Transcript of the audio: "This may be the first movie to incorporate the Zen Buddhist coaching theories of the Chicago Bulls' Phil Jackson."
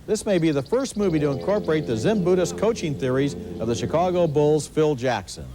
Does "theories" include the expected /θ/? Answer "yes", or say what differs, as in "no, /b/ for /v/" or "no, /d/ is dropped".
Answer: yes